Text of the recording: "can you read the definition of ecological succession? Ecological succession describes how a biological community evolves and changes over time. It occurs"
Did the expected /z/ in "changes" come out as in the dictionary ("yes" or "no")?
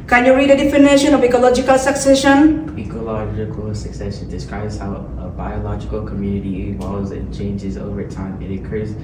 yes